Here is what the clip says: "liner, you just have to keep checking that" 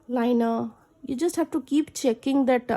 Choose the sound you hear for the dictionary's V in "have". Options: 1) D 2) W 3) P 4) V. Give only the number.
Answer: 3